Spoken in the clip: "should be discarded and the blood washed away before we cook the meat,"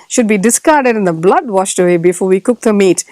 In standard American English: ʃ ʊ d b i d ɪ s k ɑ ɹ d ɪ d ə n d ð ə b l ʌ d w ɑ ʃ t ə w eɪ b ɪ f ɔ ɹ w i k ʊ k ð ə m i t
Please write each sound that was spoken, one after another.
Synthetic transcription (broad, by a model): ʃ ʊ d b i d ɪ s k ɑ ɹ d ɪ d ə n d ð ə b l ʌ d w ɑ ʃ t ə w eɪ b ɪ f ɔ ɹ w i k ʊ k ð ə m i t